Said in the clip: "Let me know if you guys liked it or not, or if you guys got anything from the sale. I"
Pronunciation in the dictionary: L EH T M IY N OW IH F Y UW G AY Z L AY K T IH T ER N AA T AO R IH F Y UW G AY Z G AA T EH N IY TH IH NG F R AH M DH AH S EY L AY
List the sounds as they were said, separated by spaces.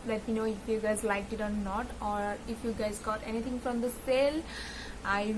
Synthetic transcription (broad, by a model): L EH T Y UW N OW IH F Y UW G AY Z L AY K IH T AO N AA T AO R IH F Y UW G AY Z G AA T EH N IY T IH NG F R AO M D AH S EY L AY